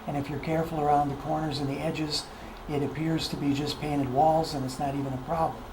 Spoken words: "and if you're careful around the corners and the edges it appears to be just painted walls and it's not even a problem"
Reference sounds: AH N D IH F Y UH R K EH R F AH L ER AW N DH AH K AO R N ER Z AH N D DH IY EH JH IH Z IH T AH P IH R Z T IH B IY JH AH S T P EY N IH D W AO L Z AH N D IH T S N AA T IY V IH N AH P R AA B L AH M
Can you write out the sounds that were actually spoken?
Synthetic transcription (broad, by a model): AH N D IH F Y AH R K EH R F L ER AW N DH AH K AO R N ER Z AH N DH IY EH JH IH Z IH T AH P IH R Z T IH B IY JH AH S P EY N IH D W AO L Z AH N IH T S N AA T IY V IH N AH P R AA B L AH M